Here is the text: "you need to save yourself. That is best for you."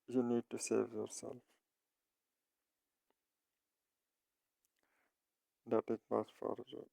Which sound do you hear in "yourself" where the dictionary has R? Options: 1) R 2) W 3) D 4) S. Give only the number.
1